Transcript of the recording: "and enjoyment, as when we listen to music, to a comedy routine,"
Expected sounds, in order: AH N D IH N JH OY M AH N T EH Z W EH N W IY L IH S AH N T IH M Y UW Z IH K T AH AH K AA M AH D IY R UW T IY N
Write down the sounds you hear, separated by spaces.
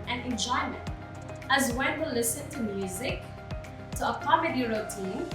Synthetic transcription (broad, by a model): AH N IH N JH OY M AH N T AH Z W EH N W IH L IH S AH N T IH M Y UW Z IH K T AH AH K AA M AH D IY R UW T IY N